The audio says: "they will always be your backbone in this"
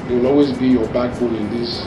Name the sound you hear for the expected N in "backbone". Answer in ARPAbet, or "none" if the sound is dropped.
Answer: L